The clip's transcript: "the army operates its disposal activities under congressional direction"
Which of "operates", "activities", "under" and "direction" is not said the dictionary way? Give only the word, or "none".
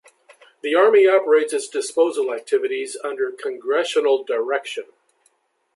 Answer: none